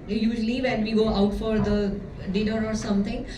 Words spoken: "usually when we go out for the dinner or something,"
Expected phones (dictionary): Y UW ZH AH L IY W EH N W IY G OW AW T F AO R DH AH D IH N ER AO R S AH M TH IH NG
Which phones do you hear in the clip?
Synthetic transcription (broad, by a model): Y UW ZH L IY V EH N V IY G OW AW T F AO R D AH D IH N ER AO R S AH M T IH NG